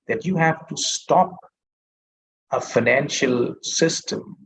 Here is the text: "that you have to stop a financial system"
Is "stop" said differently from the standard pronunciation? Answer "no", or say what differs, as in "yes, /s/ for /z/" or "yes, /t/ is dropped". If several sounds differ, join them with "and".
no